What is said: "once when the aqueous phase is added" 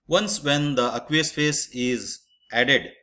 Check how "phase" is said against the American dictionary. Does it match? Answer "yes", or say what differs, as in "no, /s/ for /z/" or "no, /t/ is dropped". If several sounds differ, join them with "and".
no, /s/ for /z/